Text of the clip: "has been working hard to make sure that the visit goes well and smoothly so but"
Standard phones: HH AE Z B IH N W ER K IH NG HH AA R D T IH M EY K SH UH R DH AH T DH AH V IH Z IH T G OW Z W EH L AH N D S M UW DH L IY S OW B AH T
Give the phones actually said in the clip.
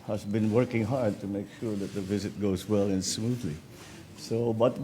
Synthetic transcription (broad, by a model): HH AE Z B IH N W ER K IH NG HH AA R D T IH M EY K SH UH R DH AH T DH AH V IH Z IH T G OW Z W EH L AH N S M UW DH L IY S OW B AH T